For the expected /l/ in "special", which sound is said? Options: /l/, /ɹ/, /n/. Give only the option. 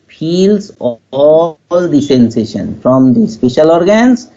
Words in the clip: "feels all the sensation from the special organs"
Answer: /l/